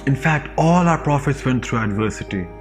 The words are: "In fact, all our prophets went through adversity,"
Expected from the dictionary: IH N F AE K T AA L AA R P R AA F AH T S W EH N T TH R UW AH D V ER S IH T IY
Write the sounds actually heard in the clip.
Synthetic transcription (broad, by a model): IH N F AE K T AA L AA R P R AA F AH T S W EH N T T R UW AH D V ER S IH T IY